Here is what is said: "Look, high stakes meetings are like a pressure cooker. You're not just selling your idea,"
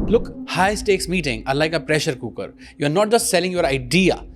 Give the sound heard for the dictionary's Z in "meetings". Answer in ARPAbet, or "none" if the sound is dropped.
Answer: none